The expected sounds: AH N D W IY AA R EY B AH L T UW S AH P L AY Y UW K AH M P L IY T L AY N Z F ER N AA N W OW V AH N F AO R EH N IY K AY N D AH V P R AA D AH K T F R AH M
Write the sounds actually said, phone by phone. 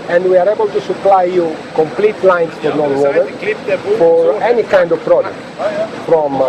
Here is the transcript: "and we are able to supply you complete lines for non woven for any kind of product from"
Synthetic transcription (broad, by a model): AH N D W IY AA R EY B AH L T UW S AH P L AY Y UW K AH M P L IY T L AY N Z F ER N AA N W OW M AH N F AO R EH N IY K AY N D AH V P R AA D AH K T F R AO M